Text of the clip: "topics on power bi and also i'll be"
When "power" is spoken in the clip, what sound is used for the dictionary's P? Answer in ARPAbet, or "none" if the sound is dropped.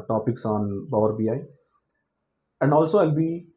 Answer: B